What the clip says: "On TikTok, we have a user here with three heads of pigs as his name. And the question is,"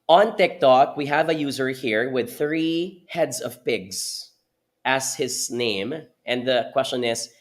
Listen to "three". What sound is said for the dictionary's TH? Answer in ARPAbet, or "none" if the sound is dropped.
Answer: TH